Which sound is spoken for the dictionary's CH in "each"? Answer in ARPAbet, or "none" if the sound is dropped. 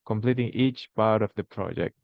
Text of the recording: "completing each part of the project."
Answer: CH